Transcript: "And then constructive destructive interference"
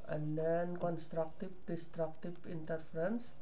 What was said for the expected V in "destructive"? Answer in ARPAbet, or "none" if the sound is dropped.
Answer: P